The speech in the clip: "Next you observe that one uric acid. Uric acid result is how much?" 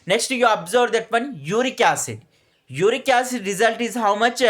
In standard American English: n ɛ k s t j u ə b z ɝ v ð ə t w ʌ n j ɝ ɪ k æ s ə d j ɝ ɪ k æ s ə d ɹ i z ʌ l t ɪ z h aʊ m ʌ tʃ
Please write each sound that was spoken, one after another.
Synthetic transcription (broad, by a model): n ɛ k s t j u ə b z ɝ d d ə t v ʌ n j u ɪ k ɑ s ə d j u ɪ k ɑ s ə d ɹ i z ʌ l t ɪ z h aʊ m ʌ tʃ